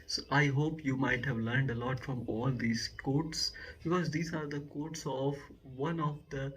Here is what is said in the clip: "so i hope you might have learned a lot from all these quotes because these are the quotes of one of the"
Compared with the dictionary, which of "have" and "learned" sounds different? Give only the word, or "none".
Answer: none